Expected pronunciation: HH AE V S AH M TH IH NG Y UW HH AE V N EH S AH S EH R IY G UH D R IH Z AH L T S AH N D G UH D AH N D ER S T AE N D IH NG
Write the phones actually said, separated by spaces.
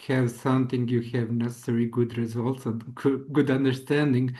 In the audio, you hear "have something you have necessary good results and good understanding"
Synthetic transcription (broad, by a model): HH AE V S AH M TH IH NG Y UW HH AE V N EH S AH S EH R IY G UH D R IH Z AH L T S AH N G G UH D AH N D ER S T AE N D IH NG